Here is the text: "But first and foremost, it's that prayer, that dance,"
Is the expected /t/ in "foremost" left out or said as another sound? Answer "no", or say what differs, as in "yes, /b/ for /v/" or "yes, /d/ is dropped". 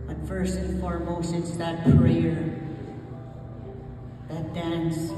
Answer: yes, /t/ is dropped